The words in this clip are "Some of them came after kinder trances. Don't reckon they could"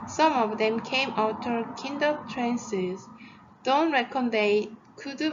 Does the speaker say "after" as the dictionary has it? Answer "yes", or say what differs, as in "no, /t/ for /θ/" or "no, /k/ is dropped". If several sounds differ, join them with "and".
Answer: no, /f/ is dropped